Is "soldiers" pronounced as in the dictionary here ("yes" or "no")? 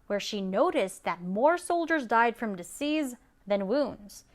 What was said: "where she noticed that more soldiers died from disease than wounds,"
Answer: yes